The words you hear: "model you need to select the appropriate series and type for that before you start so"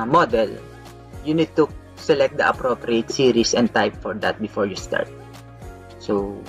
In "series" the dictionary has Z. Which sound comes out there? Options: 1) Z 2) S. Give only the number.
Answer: 2